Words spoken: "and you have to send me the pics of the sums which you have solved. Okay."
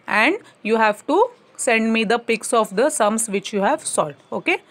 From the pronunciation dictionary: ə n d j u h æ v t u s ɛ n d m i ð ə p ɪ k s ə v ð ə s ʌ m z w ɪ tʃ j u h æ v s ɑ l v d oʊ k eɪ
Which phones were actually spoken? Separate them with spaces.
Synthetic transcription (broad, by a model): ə n d j u h æ v t u s ɛ n d m i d ə p ɪ k s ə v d ə s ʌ m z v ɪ tʃ j u h æ v s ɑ l d oʊ k eɪ